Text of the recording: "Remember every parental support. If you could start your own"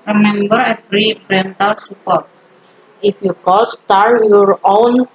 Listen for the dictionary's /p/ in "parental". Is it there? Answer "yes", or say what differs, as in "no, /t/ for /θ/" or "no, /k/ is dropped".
no, /b/ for /p/